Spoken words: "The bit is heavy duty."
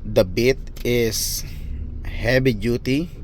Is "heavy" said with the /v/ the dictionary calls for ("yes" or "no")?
no